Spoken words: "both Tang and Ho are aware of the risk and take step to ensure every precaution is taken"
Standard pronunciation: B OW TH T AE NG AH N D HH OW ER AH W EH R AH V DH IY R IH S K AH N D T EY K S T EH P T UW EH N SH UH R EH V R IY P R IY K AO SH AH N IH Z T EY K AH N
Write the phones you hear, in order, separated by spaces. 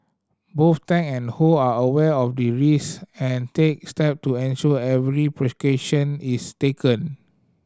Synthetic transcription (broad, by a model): B OW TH T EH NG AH N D HH OW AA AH W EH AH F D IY R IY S AH N T EY K S T EH P T UW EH N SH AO EH V R IY P R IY K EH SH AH N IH S T EY K AH N